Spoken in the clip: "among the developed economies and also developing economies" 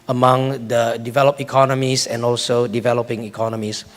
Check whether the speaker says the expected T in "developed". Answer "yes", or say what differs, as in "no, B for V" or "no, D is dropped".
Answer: no, T is dropped